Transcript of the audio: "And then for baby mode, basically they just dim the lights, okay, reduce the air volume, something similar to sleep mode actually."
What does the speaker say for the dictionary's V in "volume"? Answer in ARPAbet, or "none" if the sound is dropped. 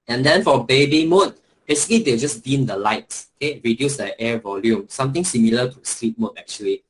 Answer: V